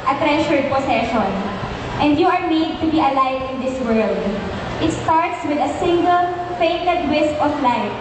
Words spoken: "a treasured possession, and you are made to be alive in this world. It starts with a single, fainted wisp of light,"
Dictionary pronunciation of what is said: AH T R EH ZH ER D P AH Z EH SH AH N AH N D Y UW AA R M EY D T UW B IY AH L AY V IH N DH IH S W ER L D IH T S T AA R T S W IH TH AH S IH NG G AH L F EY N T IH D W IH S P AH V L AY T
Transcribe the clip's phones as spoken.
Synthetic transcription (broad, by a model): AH T R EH SH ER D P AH S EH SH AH N AH N D Y UW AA R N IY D T UW B IY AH L AY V IH N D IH S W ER L D IH T S T AA R T S W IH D AH S IH NG G AH L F EY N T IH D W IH S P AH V L AY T